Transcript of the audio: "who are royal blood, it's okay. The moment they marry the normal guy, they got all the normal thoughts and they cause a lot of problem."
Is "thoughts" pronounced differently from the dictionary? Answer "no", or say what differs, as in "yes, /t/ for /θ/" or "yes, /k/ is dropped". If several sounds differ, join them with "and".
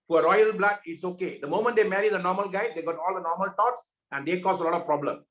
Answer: yes, /t/ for /θ/